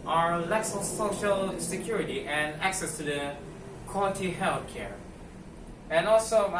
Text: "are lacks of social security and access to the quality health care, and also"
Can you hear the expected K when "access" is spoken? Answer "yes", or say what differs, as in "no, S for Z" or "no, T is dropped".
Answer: yes